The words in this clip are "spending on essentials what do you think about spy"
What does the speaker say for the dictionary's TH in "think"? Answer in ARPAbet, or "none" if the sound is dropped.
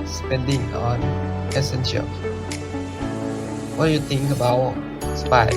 T